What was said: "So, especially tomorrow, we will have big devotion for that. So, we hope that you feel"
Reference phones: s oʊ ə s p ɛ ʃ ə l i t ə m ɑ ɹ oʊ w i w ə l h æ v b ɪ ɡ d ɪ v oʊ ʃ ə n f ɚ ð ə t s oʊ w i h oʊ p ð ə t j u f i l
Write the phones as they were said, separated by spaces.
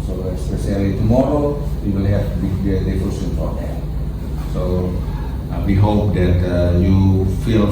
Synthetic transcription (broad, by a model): s oʊ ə s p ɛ s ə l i t ə m ɑ ɹ oʊ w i w ə l h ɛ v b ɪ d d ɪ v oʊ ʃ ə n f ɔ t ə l s oʊ w i h oʊ p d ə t j u f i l